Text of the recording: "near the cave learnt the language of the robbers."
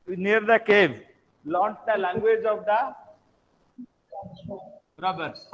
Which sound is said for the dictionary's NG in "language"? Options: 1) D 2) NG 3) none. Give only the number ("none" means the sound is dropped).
2